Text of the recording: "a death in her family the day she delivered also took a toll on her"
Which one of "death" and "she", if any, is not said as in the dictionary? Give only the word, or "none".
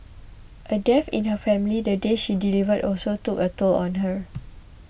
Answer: death